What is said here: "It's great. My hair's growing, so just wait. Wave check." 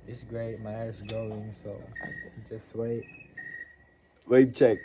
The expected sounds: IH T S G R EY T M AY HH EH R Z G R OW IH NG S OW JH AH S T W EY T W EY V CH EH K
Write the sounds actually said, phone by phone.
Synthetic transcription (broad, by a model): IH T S G R EY T M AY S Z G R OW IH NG S OW JH AH S T W EY T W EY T CH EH K